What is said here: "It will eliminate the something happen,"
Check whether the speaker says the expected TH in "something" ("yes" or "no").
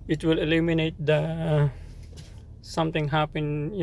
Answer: no